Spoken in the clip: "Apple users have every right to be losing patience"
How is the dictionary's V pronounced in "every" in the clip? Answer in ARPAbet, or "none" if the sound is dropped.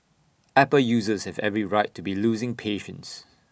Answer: V